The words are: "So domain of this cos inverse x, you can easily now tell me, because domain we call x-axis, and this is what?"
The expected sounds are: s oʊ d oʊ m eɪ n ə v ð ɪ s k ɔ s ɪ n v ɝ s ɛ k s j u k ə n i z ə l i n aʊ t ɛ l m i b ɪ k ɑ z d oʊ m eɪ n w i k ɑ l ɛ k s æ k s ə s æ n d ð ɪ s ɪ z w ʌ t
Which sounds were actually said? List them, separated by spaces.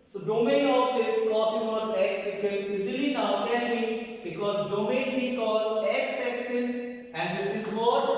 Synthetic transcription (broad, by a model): s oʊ d oʊ m eɪ n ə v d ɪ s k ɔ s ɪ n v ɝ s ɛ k s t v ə l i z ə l i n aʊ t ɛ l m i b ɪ k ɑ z d oʊ m eɪ n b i k ɑ l ɛ k s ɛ k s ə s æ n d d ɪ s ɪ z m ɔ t